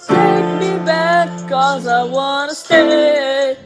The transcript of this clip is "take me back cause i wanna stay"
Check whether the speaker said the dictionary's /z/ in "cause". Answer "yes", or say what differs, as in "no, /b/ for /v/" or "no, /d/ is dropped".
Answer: yes